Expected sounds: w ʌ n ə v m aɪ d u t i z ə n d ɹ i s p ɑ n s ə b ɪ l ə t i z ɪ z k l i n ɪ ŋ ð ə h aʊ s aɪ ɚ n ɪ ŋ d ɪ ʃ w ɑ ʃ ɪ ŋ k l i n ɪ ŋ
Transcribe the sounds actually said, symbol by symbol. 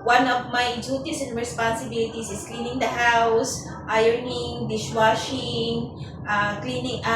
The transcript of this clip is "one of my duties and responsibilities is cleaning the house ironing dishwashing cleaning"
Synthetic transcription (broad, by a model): w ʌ n ə v m aɪ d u t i s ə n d ɹ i s p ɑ n s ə b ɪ l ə t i s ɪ s k l i n ɪ ŋ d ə h aʊ s aɪ ɚ n ɪ ŋ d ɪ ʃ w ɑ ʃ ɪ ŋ k l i n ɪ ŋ